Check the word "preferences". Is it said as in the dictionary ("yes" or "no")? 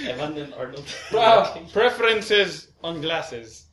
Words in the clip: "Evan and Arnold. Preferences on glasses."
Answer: yes